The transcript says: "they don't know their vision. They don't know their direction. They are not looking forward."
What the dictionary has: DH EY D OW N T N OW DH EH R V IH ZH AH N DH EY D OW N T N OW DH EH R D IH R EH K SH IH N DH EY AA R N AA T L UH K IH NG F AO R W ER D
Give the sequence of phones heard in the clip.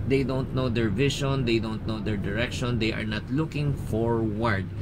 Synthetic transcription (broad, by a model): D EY D OW N T N OW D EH R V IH SH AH N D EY D OW N T N OW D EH R D IH R EH K SH IH N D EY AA R N AA T L UH K IH NG F AO R W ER D